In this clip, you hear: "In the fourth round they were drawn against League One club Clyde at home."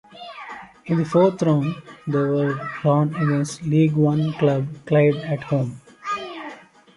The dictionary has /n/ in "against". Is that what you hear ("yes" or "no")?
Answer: no